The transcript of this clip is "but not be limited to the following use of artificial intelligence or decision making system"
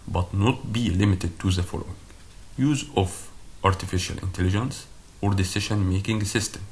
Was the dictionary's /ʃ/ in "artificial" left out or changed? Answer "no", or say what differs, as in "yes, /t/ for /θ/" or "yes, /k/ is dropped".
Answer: no